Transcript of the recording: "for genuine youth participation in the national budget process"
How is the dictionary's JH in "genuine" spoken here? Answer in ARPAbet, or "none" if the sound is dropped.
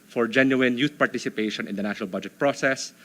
JH